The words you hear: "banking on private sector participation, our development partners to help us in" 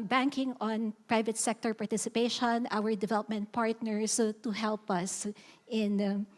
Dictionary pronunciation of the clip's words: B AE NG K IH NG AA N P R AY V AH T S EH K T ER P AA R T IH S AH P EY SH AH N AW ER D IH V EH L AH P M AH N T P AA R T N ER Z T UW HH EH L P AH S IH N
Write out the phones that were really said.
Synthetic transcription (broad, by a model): B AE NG K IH NG AA N P R AY V AH T S EH K T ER P AA R T IH S AH P EY SH AH N AW ER D IH V EH L AH P M AH N T P AA R T N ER S T UW HH EH L P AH S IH N